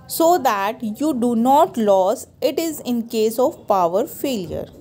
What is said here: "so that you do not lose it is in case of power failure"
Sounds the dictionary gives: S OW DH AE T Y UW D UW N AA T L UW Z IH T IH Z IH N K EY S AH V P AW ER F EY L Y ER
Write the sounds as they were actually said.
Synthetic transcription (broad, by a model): S OW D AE T Y UW D UW N AA T L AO S IH T IH Z IH N K EY S AH V P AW ER F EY L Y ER